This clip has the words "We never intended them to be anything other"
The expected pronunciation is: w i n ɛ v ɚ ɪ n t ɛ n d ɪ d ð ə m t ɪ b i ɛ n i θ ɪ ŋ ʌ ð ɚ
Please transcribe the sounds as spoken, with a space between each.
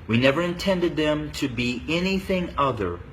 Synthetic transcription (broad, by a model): w i n ɛ v ɚ ɪ n t ɛ n d ɪ d ð ə m t ɪ b i ɛ n i θ ɪ ŋ ʌ ð ɚ